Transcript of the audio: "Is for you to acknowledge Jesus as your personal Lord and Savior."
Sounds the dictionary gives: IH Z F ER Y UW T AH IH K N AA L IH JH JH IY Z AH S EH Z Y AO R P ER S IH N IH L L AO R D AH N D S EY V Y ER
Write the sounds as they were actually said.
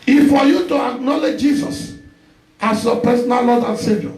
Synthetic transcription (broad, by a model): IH F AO Y UW T AH IH K N AA L IH JH JH IY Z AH S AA S Y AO P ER S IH N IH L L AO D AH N S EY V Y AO